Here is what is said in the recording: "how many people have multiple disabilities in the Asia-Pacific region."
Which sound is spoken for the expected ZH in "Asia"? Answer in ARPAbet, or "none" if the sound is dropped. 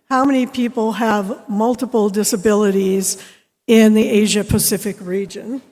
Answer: ZH